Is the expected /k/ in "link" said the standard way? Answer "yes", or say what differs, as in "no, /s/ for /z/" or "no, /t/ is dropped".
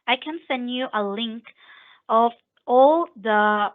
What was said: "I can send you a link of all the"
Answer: yes